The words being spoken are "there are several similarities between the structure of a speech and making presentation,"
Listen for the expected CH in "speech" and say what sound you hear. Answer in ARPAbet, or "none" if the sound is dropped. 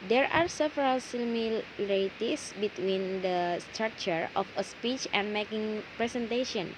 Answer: CH